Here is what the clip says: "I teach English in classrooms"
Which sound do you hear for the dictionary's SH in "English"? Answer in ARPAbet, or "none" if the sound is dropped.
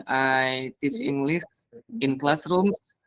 S